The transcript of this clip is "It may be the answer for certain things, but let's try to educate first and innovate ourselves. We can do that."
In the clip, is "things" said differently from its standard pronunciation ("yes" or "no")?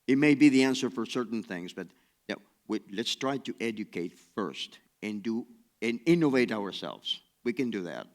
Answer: no